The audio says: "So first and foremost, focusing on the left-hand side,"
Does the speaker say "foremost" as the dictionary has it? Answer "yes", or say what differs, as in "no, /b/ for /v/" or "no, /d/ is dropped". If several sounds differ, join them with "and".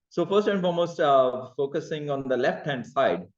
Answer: no, /l/ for /ɹ/